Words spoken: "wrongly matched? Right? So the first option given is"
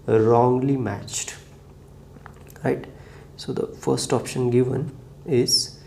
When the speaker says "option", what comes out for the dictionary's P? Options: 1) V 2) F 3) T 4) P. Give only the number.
4